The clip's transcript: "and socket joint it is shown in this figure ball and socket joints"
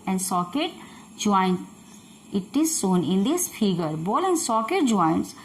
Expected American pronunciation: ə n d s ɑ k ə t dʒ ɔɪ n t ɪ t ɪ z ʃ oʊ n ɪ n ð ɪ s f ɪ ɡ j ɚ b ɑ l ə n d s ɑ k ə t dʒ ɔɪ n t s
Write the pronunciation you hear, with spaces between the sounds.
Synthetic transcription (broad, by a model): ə n d s ɑ k ə t dʒ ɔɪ n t ɪ t ɪ z s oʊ n ɪ n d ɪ s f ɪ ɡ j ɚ b ɑ l ə n d s ɑ k ə t dʒ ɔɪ n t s